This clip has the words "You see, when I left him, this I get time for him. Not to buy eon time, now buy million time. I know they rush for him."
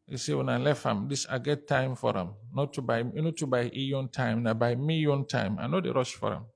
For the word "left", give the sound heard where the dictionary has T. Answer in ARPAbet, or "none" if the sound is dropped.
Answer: none